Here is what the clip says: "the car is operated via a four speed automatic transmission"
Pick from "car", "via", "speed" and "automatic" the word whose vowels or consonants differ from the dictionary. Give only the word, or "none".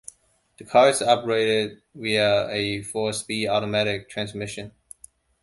via